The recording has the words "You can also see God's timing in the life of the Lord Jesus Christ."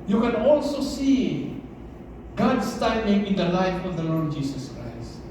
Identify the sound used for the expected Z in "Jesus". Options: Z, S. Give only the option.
S